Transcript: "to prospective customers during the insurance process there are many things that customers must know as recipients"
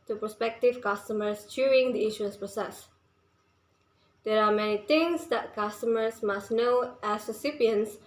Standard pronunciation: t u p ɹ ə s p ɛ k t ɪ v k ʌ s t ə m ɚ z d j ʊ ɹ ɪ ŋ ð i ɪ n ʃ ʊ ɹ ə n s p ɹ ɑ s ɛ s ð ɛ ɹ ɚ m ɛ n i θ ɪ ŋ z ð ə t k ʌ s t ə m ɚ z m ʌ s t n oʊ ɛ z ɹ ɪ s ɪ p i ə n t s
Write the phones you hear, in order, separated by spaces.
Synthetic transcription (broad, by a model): t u p ɹ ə s p ɛ k t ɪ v k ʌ s t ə m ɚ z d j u ɹ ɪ ŋ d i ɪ ʃ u ə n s p ɹ ɑ s ɛ s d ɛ ɹ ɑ m ɛ n i t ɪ ŋ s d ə t k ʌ s t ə m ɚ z m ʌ s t n oʊ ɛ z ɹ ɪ s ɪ p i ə n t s